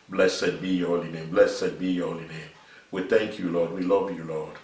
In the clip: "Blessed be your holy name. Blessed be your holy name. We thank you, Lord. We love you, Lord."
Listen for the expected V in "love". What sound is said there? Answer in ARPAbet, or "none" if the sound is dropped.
V